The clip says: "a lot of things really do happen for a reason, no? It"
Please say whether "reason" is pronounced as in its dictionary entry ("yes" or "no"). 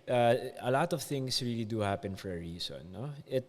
no